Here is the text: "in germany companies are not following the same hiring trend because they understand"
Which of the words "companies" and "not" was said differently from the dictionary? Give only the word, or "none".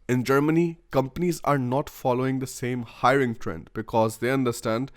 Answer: none